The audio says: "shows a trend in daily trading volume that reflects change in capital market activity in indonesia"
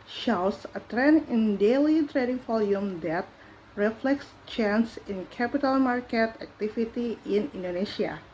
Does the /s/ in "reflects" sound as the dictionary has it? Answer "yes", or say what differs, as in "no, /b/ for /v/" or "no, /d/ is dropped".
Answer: yes